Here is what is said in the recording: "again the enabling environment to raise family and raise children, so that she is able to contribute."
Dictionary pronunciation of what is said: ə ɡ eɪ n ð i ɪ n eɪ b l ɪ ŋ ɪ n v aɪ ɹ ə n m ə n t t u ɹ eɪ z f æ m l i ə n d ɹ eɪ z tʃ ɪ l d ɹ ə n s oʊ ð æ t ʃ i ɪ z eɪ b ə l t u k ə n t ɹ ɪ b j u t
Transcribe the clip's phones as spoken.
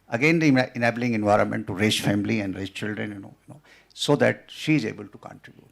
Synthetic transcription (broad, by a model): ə ɡ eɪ n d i ɪ n eɪ b l ɪ ŋ ɪ n v aɪ ɹ ə n m ə n t t u ɹ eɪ s f æ m l i ə n d ɹ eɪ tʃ tʃ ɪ l d ɹ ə n s oʊ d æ t ʃ i ɪ z eɪ b ə l t u k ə n t ɹ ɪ b j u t